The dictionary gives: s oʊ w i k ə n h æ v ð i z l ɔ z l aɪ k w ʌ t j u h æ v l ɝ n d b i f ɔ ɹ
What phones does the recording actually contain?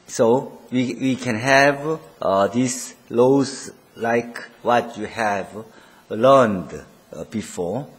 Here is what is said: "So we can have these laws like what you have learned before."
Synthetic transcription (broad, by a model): s oʊ w i k ə n h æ v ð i s l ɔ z l aɪ k w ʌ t j u h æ v l ɝ n d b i f ɔ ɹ